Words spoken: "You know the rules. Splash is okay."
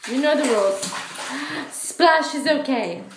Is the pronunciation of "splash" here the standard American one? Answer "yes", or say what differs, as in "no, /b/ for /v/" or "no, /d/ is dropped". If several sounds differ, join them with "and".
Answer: yes